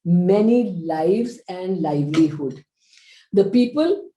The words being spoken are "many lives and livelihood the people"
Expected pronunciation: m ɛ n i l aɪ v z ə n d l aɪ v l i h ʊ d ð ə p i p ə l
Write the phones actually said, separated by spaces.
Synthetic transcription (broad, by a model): m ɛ n i l aɪ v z ə n d l aɪ v l i h ʊ d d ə p i p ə l